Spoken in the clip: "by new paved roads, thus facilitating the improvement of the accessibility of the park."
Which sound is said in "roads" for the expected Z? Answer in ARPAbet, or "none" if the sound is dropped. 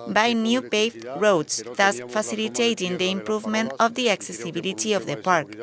S